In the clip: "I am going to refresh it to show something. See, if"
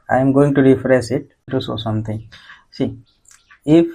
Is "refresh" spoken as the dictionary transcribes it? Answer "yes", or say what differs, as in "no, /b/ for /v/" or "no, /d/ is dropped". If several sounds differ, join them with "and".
no, /s/ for /ʃ/